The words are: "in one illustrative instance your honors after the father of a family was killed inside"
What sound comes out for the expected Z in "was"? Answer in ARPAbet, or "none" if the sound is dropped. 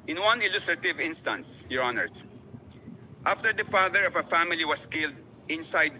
S